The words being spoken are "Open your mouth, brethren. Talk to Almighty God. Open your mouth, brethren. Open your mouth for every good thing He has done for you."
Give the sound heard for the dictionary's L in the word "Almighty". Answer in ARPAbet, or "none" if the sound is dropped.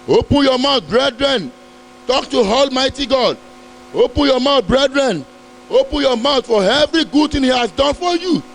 L